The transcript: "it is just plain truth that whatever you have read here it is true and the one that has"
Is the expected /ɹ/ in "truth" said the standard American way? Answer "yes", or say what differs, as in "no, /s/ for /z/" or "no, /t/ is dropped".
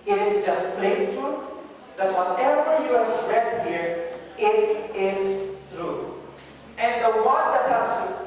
no, /ɹ/ is dropped